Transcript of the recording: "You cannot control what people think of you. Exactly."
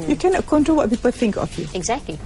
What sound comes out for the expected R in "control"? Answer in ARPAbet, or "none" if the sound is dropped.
none